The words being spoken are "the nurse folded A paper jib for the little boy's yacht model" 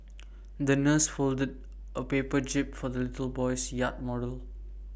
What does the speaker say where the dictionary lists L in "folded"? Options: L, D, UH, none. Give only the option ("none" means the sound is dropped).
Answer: L